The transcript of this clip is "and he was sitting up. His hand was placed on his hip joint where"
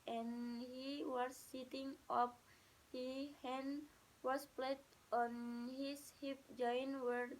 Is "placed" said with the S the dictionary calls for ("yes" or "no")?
no